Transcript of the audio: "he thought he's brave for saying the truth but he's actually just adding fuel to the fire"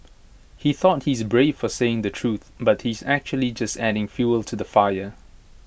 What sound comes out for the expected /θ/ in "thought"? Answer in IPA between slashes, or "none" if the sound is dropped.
/θ/